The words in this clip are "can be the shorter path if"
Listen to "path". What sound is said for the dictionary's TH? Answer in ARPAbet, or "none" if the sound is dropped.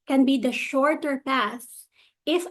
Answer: S